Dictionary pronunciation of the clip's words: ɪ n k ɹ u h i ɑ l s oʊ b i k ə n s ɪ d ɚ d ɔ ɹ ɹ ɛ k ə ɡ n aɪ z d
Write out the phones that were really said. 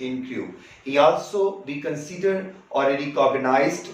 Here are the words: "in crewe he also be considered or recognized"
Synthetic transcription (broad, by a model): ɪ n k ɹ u h i ɑ l s oʊ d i k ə n s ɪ d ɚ d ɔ l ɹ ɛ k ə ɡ n aɪ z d